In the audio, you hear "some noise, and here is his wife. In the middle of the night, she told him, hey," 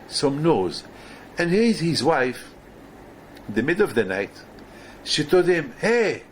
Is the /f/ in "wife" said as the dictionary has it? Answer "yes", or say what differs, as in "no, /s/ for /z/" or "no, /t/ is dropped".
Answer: yes